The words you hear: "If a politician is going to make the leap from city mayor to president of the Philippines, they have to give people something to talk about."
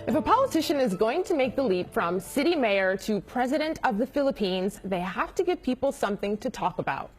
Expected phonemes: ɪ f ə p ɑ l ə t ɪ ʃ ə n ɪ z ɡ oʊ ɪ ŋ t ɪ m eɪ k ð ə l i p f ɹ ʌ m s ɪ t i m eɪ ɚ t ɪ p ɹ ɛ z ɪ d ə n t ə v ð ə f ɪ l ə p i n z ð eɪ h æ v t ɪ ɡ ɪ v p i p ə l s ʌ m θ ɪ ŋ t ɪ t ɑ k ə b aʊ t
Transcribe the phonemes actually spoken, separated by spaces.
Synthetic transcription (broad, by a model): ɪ f ə p ɑ l ə t ɪ ʃ ə n ɪ z ɡ oʊ ɪ ŋ t ɪ m eɪ k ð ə l i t f ɹ ʌ m s ɪ t i m eɪ ɚ t ɪ p ɹ ɛ z ɪ d ə n t ə v ð ə f ɪ l ə p i n z ð eɪ h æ f t ɪ ɡ ɪ v p i p l s ʌ m θ ɪ ŋ t ɪ t ɑ k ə b aʊ t